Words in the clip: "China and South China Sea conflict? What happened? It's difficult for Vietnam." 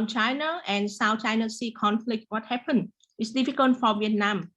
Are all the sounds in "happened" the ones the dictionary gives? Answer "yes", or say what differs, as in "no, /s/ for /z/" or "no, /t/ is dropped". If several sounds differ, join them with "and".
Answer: no, /d/ is dropped